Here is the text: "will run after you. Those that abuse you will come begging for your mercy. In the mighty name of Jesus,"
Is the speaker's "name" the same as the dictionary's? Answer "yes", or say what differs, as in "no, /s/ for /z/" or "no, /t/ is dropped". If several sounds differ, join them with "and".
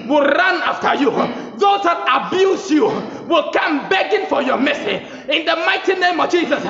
yes